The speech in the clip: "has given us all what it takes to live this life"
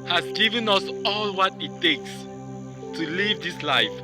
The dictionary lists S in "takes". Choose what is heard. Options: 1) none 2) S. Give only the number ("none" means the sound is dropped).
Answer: 2